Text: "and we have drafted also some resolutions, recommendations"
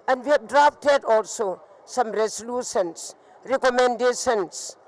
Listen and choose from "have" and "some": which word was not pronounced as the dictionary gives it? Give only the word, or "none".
have